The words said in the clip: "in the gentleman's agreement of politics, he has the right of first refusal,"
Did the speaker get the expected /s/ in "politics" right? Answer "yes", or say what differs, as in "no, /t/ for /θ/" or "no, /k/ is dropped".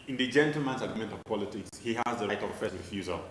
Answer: yes